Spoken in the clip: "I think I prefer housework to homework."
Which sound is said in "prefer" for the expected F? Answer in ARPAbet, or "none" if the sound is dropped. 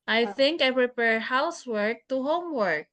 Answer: P